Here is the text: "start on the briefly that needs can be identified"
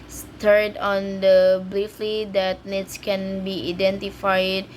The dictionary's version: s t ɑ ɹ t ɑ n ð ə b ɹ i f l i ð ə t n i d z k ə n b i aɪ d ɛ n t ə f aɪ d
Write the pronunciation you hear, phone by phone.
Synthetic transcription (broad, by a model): s t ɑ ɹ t ɑ n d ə b l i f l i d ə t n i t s k ə n b i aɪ d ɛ n t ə f aɪ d